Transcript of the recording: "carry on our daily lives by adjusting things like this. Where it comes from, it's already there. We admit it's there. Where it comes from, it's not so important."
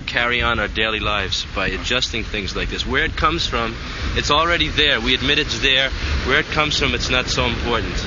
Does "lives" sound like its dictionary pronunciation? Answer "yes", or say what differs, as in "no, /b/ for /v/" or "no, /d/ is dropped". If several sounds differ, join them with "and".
yes